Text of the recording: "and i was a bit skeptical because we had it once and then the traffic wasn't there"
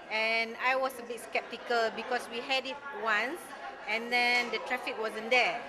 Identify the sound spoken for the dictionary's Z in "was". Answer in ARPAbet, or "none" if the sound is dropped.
S